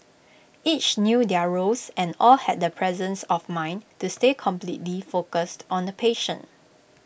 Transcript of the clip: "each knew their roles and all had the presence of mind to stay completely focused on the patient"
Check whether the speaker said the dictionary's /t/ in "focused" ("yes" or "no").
yes